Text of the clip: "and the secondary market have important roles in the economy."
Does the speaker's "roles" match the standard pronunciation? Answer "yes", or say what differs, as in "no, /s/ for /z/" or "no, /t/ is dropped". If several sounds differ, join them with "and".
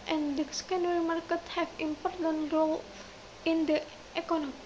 no, /z/ is dropped